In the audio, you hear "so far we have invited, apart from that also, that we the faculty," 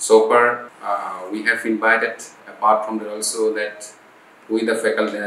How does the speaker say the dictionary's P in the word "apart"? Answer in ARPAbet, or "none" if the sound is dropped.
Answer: B